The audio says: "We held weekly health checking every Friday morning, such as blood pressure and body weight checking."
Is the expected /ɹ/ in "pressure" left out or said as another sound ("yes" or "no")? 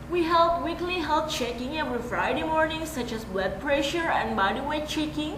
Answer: no